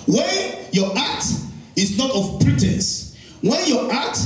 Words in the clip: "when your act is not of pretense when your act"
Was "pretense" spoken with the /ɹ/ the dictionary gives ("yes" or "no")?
yes